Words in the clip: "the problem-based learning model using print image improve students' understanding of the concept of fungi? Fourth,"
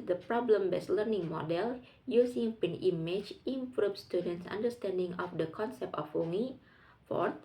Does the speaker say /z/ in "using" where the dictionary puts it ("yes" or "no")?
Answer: no